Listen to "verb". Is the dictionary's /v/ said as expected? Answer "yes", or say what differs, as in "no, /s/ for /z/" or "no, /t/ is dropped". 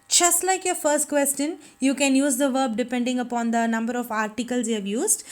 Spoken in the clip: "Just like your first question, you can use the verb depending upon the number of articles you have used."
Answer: yes